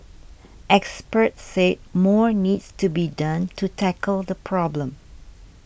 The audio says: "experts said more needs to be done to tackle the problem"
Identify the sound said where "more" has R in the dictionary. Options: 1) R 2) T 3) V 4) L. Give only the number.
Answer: 1